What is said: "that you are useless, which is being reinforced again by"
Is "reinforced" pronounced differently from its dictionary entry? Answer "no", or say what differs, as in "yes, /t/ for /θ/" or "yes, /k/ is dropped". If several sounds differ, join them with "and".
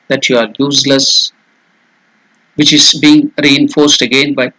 no